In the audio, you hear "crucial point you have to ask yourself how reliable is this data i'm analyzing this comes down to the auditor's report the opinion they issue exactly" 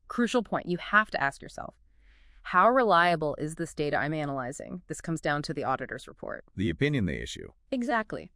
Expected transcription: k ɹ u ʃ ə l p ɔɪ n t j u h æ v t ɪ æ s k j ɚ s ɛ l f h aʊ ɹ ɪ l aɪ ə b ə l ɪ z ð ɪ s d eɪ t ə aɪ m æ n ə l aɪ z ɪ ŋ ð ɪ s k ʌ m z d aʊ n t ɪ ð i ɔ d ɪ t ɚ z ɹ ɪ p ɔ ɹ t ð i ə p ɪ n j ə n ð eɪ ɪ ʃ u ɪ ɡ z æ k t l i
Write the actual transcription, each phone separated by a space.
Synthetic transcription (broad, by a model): k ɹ u ʃ l p ɔɪ n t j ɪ h æ f t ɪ æ s k j ɚ s ɛ l f h aʊ ɹ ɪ l aɪ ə b l ɪ z ð ɪ s d eɪ t ə aɪ m æ n ə l aɪ z ɪ ŋ ð ɪ s k ʌ m z d aʊ n t ɪ ð i ɔ d ɪ t ɚ z ɹ ɪ p ɔ ɹ t ð i ə p ɪ n j ə n ð eɪ ɪ ʃ u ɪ ɡ z æ k t l i